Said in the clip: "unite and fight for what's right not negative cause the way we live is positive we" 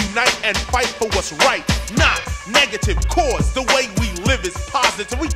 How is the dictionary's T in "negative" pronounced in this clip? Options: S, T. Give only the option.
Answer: T